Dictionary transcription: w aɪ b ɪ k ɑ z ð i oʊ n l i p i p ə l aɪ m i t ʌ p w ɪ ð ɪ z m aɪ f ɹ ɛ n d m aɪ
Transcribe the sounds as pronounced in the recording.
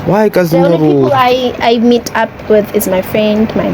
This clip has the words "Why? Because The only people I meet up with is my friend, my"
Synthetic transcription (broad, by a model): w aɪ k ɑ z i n i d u ə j aɪ m i t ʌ p w ɪ ð ɪ z m aɪ f ɹ ɛ n d m aɪ